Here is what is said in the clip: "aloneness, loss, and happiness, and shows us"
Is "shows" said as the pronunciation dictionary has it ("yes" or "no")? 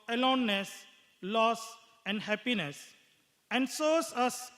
no